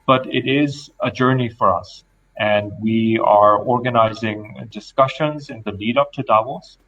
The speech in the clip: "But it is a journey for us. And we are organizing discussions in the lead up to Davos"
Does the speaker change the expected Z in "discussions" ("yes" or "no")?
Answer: no